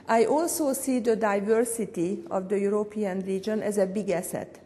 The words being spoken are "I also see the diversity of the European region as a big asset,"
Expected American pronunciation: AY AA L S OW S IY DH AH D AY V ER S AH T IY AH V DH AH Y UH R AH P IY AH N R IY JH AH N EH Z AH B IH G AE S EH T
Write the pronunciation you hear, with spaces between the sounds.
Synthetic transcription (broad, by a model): AY AA L S OW S IY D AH D AY V ER S AH T IY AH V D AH Y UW R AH P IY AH N R IY JH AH N EH Z AH B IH G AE S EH T